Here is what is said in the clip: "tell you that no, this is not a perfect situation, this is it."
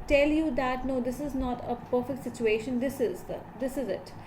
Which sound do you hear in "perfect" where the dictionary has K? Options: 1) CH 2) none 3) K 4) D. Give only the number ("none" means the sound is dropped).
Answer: 3